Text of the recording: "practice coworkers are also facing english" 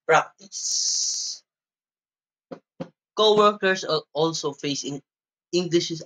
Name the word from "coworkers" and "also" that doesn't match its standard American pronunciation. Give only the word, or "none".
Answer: coworkers